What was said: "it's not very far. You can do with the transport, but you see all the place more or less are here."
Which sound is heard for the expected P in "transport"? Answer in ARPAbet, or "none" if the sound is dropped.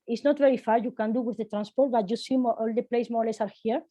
P